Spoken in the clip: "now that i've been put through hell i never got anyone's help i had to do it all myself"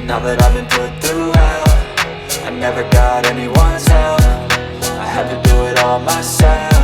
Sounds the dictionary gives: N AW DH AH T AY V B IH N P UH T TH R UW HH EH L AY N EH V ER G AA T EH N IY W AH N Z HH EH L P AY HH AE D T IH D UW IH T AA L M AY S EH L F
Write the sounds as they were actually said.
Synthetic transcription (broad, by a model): N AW DH AH T AY V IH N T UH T TH R UW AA AY N EH V ER G AA T EH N IY W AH N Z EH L F AY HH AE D T IH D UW IH T AA L M AY S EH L